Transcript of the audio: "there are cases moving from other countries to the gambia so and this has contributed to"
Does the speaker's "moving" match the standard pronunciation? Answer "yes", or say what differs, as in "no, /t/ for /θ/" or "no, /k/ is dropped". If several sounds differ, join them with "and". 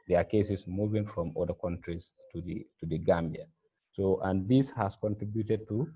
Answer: yes